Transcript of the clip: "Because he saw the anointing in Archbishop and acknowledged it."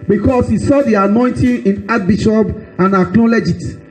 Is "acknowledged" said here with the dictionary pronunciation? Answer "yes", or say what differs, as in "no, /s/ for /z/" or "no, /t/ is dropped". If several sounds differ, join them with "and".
no, /l/ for /n/ and /d/ is dropped